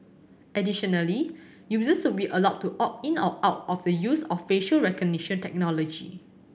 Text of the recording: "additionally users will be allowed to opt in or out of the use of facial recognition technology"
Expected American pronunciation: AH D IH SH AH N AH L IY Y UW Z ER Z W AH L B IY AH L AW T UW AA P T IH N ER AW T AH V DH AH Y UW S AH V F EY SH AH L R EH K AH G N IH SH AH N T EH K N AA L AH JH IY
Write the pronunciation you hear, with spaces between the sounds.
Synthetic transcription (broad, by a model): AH D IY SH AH N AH L IY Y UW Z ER S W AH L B IY AH L AW T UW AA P IH N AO AW T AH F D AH Y UW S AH F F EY SH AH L R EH K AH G N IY SH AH N T EH K N AA L AH JH IY